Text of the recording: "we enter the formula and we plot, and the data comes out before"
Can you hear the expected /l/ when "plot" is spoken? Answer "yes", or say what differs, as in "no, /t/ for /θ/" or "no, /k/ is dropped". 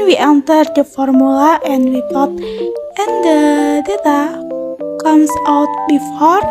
no, /l/ is dropped